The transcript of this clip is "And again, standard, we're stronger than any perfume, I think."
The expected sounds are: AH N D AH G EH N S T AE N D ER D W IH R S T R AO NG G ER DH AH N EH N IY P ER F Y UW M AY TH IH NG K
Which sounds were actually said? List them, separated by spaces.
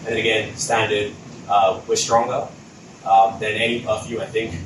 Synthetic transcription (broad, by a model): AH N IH AH G EH N S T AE N D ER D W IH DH S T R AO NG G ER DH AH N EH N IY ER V Y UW AY TH IH NG K